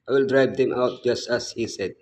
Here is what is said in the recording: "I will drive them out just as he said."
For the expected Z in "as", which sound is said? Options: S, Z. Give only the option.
S